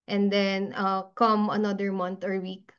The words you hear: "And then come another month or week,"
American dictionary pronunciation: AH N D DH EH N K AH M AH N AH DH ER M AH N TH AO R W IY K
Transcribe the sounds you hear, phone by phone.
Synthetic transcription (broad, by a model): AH N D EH N K AH M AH N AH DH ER M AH N T AO R W IY K